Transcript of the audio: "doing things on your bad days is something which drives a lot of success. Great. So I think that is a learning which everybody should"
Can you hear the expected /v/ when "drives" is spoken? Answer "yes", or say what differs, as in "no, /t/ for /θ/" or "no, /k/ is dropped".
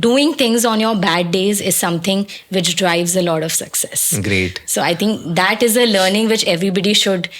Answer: yes